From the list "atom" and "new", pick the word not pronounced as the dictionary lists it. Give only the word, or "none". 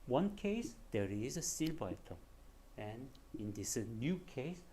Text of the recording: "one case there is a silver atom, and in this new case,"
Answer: atom